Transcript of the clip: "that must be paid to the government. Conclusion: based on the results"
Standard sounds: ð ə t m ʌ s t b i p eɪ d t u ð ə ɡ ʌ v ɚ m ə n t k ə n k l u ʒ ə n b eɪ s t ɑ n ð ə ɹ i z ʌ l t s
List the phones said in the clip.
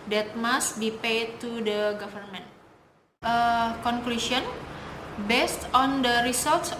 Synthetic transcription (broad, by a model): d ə t m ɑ s t b i p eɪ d t u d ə ɡ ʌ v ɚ m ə n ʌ k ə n k l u ʃ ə n b eɪ s t ɑ n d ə ɹ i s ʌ l t s